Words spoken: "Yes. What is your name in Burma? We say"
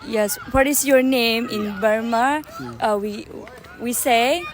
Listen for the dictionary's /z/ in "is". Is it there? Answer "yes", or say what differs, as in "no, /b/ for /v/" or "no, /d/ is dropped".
no, /s/ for /z/